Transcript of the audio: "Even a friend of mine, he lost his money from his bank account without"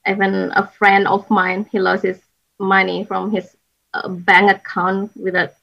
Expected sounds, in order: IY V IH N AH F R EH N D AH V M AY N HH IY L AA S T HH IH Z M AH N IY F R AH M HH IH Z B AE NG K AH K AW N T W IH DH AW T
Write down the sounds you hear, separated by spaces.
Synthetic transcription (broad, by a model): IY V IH N AH F R EH N D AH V M AY N HH IY L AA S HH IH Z M AH N IY F R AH M HH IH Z B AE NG AH K AW N T W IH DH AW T